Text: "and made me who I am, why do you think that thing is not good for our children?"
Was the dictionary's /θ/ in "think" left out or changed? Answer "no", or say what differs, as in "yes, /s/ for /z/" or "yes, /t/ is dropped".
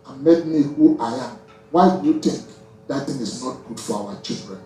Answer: yes, /t/ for /θ/